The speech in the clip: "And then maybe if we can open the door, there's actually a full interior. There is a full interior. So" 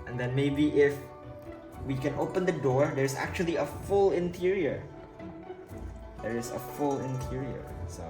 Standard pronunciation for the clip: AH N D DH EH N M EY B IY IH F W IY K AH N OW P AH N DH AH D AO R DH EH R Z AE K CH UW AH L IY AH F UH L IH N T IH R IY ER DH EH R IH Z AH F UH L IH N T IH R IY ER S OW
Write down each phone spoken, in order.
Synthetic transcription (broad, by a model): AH N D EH N M EY B IY IH F W IY K AH N OW P AH N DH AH D AO R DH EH R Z AE K CH UW AH L IY AH F UH L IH N T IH R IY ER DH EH R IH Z AH F UH L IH N T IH R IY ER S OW